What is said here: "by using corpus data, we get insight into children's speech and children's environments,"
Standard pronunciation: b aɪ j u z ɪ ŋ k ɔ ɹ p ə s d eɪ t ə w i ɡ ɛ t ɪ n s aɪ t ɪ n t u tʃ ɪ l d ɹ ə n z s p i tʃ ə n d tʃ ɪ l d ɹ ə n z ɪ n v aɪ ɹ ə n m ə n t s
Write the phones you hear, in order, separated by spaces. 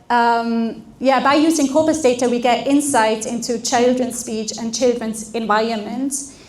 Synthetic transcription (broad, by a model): b aɪ j u z ɪ ŋ k ɔ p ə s d eɪ t ə w i ɡ ɛ t ɪ n s aɪ t ɪ n t u tʃ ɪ l d ɹ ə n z s p i tʃ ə n tʃ ɪ l d ɹ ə n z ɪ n v aɪ ɹ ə n m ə n t